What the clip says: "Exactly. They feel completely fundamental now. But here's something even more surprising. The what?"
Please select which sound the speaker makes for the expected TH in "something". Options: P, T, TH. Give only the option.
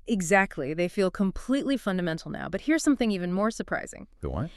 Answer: TH